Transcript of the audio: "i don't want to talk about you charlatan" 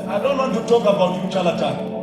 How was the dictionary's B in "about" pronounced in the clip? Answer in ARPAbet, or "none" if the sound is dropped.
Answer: B